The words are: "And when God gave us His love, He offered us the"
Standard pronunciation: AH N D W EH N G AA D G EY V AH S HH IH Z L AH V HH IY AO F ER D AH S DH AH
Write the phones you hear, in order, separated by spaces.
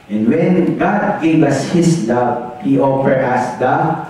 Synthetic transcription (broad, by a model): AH N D W EH N G AA D G EY V AH S HH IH S L AH V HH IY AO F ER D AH S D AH